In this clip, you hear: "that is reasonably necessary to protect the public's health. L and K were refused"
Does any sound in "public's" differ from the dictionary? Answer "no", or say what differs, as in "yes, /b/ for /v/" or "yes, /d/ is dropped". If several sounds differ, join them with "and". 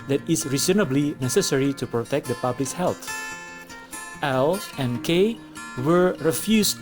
yes, /s/ is dropped